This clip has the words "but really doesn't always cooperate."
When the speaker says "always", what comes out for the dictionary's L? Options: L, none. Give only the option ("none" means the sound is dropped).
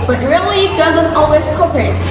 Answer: L